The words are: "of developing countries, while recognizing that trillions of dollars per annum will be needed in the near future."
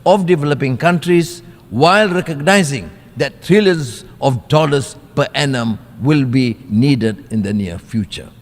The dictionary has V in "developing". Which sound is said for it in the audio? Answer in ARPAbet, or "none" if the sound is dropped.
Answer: V